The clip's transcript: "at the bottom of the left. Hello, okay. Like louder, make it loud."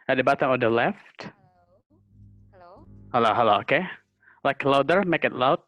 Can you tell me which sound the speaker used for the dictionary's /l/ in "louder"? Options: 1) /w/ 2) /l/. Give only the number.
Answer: 2